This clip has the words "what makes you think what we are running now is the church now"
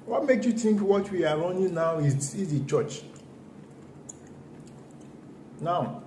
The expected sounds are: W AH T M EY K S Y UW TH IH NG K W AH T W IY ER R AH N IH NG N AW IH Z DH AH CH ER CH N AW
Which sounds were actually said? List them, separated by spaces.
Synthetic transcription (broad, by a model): W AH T M EY K Y UW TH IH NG K W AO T W IY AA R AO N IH N AW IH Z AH CH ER CH N AW